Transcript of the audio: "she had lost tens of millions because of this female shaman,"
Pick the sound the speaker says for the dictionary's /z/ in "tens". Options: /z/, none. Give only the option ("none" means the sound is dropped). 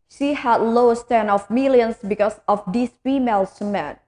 none